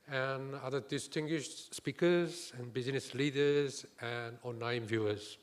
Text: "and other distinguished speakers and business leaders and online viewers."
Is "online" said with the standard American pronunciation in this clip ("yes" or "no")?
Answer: no